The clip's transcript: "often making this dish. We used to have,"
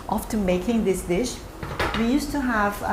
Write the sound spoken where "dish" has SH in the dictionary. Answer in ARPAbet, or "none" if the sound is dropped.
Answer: SH